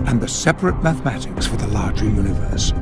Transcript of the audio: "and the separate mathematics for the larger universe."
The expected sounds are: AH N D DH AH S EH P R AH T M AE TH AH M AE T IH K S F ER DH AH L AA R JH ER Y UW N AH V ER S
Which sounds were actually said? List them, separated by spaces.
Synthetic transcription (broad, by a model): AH N DH AH S EH P R AH T M AE TH AH M AE T IH K S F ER DH AH L AA R JH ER Y UW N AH V ER S